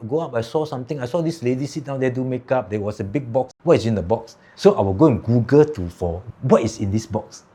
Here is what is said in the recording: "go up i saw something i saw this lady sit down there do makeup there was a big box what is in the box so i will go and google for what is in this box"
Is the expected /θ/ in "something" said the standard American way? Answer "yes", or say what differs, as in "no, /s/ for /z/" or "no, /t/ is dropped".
no, /t/ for /θ/